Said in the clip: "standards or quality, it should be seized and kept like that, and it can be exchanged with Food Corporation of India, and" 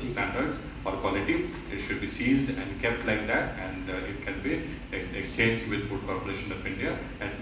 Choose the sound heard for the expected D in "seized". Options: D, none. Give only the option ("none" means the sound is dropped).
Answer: D